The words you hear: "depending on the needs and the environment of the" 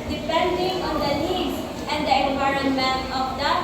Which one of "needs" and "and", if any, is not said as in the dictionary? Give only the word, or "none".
needs